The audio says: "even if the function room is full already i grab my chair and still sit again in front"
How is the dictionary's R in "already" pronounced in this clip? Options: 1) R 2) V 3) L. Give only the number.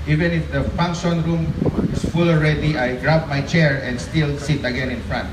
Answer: 1